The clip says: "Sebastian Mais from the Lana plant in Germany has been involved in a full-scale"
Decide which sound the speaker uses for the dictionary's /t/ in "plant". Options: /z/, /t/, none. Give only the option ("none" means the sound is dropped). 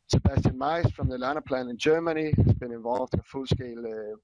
none